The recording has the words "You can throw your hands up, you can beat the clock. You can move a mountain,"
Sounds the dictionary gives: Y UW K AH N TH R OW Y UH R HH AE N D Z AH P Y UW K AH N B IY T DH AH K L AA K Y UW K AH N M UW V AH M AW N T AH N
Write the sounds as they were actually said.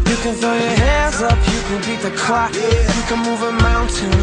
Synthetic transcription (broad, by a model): Y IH K AH N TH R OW Y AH R HH AE N D Z AH P Y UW K AH N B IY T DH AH K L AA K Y K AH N M UW V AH M AW N T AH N